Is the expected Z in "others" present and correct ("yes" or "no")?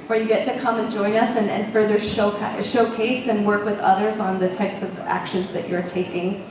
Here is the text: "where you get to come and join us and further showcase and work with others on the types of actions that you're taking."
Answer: yes